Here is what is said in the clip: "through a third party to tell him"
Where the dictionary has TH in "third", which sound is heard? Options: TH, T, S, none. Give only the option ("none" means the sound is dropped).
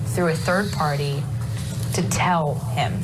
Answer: TH